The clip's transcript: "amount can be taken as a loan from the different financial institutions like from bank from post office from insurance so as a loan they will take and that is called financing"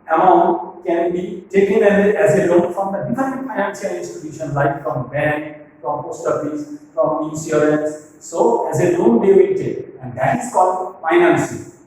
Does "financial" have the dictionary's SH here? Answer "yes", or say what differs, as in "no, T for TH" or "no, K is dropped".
no, S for SH